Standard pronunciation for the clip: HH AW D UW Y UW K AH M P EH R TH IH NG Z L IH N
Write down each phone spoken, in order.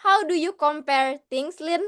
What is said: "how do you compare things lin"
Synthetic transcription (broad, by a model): HH AW D UW Y UW K AH M P EH R T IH NG S L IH N